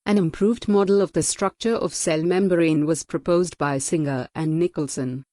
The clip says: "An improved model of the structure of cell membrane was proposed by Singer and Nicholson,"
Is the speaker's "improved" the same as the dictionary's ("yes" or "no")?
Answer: yes